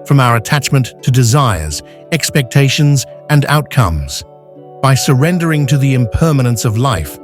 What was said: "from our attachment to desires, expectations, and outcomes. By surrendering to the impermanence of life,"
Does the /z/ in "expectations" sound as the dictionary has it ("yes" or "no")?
yes